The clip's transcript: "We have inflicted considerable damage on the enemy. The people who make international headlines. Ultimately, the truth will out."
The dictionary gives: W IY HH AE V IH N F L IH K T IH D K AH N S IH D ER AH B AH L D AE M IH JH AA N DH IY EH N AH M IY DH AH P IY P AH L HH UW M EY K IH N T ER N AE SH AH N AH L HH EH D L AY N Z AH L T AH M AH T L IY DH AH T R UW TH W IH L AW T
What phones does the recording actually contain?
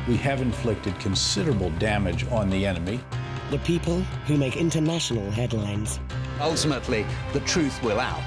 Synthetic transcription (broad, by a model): W IY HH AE V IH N F L IH K T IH D K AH N S IH D ER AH B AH L D AE M IH JH N DH IY EH N AH M IY DH AH P IY P AH L HH UW M EY K IH N T ER N AE SH AH N AH L HH EH D L AY N Z AH L T AH M AH T L IY DH AH T R UW TH W IH L AW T